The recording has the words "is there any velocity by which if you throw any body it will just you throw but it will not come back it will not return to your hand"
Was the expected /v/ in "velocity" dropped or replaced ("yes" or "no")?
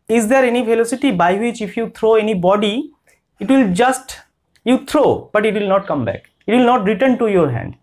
yes